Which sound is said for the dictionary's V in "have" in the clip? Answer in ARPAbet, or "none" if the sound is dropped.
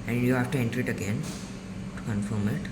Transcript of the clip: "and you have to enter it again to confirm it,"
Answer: F